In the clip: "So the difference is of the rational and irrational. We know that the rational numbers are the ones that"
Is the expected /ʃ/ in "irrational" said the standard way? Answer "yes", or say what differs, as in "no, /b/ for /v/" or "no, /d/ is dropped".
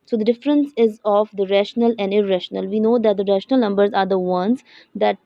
yes